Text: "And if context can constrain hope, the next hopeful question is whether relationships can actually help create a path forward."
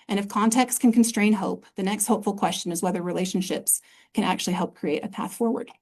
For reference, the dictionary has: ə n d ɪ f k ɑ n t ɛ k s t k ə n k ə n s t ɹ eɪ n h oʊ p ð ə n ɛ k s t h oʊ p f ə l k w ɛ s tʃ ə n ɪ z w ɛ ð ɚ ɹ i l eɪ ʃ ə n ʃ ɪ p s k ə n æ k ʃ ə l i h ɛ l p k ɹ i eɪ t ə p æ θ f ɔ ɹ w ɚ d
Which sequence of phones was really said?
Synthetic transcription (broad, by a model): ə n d ɪ f k ɑ n t ɛ k s t k ə n k n s t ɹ eɪ n h oʊ p ð ə n ɛ k s t h oʊ p f l k w ɛ s tʃ ə n ɪ z w ɛ ð ɚ ɹ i l eɪ ʃ n ʃ ɪ p s k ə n æ k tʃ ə l i h ɛ l p k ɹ i eɪ t ə p æ θ f ɔ ɹ w ɚ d